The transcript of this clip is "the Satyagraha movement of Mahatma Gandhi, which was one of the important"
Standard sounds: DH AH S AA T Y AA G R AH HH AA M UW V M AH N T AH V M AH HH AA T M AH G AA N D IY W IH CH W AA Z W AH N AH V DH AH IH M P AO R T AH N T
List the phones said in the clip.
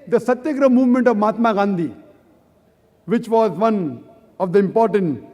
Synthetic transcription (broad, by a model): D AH S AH T Y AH G R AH M UW V M AH N T AH V M AA T M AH G AA N D IY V IH CH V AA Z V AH N AH V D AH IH M P AO R T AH N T